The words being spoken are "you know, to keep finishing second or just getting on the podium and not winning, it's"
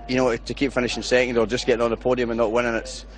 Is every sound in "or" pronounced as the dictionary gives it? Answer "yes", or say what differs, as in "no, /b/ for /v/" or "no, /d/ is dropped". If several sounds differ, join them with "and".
no, /l/ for /ɹ/